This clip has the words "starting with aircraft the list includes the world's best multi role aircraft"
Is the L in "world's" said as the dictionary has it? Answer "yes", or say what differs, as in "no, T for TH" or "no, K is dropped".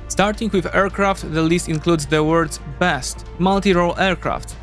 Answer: no, L is dropped